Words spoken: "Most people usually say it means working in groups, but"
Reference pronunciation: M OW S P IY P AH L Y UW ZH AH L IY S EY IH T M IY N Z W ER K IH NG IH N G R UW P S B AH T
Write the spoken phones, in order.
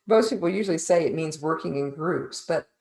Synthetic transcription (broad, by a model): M OW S P IY P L Y UW ZH L IY S EY IH T M IY N Z W ER K IH NG IH N G R UW P S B AH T